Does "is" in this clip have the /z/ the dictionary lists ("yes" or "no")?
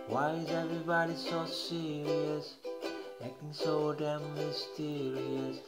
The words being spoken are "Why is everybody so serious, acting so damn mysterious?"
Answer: yes